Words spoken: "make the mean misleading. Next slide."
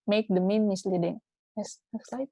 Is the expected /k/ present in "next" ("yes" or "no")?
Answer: no